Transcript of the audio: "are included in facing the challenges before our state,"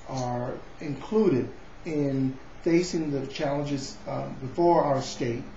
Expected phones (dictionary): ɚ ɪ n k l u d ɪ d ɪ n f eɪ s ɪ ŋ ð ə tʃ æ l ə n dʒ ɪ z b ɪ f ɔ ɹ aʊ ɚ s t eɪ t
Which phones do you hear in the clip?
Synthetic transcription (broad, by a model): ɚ ɪ n k l u d ɪ d ɪ n f eɪ s ɪ ŋ ð ə tʃ æ l ə n dʒ ɪ z b ɪ f ɔ ɹ aʊ ɚ s t eɪ t